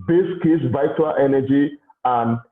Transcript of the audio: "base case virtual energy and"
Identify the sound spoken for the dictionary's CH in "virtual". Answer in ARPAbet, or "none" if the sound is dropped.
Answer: none